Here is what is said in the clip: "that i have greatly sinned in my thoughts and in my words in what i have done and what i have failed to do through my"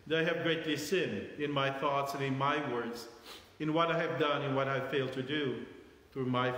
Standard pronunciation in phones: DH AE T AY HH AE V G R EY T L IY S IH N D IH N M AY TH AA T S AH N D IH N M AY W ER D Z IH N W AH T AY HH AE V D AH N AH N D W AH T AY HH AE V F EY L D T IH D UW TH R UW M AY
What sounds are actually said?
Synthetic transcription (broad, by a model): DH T AY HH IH V G R EY T L IY S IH N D IH N M AY TH AA T S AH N IH N M AY W ER D Z IH N W AH T AY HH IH V D AH N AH N W AH T AY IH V F EY L D T IH D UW TH R UW M AY